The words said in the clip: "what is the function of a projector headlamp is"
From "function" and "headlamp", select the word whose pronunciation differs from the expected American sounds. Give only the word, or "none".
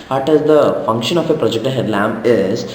headlamp